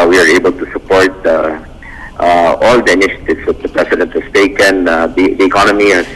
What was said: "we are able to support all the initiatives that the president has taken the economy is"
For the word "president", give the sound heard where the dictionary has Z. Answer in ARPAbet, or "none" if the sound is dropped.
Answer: S